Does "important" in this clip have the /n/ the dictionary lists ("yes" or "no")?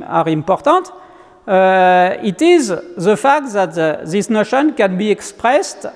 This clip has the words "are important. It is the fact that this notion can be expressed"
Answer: no